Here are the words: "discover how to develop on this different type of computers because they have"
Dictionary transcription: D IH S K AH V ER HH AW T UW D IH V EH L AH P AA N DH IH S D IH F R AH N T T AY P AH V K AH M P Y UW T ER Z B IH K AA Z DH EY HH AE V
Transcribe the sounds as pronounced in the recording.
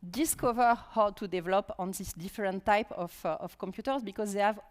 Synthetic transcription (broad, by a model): D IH S K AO V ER HH AW T UW D IH V EH L AH P AA N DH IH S D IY F R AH N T T AY P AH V K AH M P Y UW T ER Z B IH K AA Z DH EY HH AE V